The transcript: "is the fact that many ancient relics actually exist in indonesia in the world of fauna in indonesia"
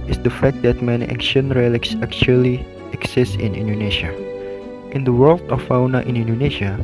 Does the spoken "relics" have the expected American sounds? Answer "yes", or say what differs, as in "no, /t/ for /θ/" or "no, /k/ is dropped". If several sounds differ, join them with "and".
yes